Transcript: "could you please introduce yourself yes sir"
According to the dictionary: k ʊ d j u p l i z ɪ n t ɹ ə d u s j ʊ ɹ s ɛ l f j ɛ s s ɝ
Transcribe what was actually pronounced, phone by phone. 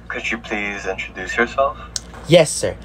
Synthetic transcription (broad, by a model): k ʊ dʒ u p l i z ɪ n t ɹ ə d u s j ʊ ɹ s ɛ l f j ɛ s s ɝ